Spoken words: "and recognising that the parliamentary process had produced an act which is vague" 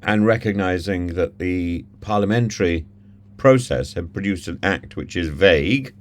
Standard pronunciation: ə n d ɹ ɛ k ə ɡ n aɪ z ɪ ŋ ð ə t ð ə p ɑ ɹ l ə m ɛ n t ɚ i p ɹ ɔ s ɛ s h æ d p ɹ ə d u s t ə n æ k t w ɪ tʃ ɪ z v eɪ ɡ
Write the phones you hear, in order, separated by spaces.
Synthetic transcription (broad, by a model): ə n ɹ ɛ k ə ɡ n aɪ z ɪ ŋ ð ə t ð ə p ɑ ɹ l ə m ɛ n t ɚ i p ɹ ɔ s ɛ s h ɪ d p ɹ ə d u s t ə n æ k t w ɪ tʃ ɪ z v eɪ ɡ